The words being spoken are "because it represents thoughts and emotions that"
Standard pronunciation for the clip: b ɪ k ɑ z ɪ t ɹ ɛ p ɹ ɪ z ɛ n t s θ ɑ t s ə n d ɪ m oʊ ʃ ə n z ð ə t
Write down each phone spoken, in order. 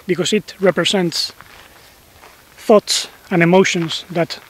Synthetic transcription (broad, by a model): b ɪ k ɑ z ɪ t ɹ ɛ p ɹ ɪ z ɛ n t s θ ɑ t s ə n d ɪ m oʊ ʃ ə n s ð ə t